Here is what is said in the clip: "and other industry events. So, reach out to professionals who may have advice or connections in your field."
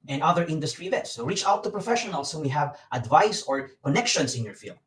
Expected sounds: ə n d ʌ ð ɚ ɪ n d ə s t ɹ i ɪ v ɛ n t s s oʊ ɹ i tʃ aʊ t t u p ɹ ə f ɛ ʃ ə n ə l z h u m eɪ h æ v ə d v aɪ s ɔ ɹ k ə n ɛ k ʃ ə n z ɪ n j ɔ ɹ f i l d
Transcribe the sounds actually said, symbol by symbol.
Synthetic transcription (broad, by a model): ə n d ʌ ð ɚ ɪ n d ə s t ɹ i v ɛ t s s oʊ ɹ i tʃ aʊ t t u p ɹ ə f ɛ ʃ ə n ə l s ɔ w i h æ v ə d v aɪ s ɔ ɹ k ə n ɛ k ʃ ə n s ɪ n j ɔ ɹ f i l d